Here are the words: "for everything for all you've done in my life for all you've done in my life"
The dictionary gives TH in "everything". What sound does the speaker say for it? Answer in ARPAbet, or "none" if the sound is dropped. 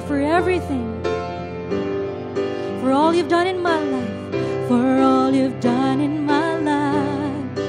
TH